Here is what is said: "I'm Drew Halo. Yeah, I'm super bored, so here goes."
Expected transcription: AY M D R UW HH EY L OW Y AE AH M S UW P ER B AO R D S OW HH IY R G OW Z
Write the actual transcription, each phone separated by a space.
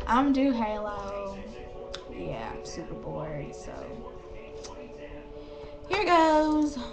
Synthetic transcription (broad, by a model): AY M D UW HH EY L OW Y AE AH M S UW P ER B AO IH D S OW HH IY R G OW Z